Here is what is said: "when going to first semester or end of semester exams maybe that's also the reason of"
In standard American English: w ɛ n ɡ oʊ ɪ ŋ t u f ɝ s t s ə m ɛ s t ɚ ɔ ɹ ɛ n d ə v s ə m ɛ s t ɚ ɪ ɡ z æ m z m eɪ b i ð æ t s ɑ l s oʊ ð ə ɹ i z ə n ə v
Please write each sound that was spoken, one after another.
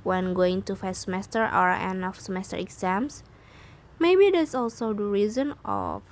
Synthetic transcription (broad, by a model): w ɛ n ɡ oʊ ɪ ŋ t u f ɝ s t s ə m ɛ s t ɚ ɔ ɹ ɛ n ə f s ə m ɛ s t ɚ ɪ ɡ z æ m s m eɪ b i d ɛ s ɑ l s oʊ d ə ɹ i z ə n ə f